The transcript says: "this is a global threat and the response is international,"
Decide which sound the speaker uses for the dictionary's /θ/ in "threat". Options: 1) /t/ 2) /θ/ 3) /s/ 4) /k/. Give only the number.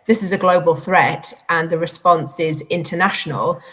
2